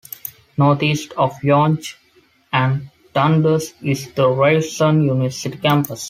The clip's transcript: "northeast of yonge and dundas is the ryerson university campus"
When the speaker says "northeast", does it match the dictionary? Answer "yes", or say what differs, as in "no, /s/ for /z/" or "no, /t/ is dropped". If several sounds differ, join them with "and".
no, /t/ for /θ/